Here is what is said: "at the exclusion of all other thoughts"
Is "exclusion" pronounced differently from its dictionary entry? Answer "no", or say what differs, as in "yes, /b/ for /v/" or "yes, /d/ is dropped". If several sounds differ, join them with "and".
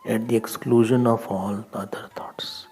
no